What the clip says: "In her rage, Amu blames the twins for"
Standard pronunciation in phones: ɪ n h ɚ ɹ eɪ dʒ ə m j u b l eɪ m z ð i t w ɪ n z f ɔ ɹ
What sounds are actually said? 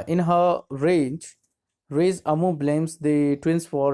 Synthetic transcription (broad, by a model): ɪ n h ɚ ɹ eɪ z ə m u b l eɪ m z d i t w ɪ n s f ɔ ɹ